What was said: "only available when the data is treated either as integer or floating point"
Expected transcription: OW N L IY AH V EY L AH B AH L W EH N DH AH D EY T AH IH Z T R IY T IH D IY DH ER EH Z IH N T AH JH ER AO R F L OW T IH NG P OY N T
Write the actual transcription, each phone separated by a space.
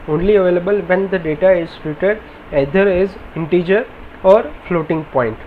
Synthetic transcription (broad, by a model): OW N L IY AH V EY L AH B AH L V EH N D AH D EY T AH IH Z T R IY T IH D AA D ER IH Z IH N T AH JH ER AO R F L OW T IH NG P OY N T